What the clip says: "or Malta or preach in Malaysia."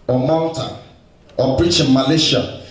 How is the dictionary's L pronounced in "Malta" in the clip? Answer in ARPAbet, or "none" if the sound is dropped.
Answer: W